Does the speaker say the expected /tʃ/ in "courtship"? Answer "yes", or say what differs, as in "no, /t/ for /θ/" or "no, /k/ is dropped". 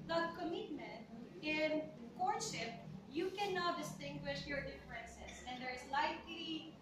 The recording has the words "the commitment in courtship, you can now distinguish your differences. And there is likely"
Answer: no, /ʃ/ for /tʃ/